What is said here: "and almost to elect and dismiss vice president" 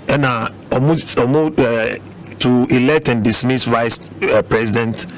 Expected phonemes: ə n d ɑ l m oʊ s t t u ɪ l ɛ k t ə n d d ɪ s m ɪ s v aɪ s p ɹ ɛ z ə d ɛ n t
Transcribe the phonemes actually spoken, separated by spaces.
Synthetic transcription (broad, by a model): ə n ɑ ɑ m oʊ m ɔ t u ɪ l ɛ k t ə n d d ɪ s m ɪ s v aɪ s p ɹ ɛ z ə d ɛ n t